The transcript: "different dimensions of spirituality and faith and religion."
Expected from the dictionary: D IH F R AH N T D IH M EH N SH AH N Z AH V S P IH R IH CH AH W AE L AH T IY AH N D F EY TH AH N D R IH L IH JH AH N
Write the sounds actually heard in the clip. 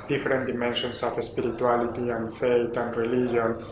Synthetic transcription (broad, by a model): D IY F R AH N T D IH M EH N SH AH N S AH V S P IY R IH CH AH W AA L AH T IY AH N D F EY T AH N D R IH L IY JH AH N